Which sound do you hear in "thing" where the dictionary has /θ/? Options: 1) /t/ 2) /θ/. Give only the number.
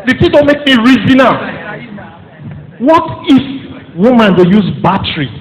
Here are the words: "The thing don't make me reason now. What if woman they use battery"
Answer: 1